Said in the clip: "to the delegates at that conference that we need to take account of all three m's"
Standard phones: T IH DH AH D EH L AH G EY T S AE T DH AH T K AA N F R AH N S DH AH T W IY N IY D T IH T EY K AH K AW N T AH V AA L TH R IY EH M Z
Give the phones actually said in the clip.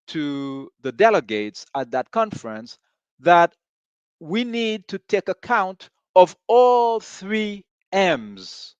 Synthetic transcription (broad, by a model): T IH DH AH D EH L AH G EY T S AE T DH AH T K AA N F R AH N S DH AH T W IY N IY D T IH T EY K AH K AW N T AH V AA L TH R IY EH M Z